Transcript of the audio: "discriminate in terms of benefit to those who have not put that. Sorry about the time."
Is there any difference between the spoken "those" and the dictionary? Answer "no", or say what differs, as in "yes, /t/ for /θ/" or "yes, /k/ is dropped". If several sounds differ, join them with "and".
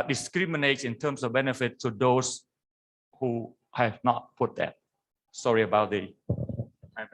yes, /s/ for /z/